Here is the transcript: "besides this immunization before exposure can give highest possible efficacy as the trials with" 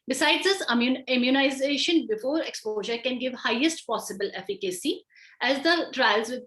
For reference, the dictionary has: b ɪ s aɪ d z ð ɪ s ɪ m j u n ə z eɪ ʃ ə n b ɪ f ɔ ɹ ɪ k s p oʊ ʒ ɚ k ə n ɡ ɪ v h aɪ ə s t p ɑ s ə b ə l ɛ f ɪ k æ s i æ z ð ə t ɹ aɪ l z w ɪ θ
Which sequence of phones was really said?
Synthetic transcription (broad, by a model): b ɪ s aɪ d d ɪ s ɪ m j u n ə z eɪ ʃ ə n b ɪ f ɔ ɹ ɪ k s p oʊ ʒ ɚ k ə n ɡ ɪ v h aɪ ə s t p ɑ s ə b ə l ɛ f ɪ k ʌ s i æ z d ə t ɹ aɪ l z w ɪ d